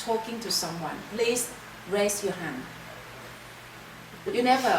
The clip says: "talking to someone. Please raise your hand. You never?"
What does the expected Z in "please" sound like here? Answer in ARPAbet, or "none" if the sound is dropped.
S